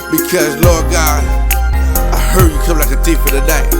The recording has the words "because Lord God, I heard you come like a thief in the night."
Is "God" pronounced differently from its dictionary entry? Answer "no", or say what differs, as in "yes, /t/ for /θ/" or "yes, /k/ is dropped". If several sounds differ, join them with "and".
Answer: yes, /d/ is dropped